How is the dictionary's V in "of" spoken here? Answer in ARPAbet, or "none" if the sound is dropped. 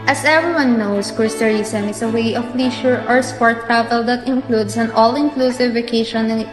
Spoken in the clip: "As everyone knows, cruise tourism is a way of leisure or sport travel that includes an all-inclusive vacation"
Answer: P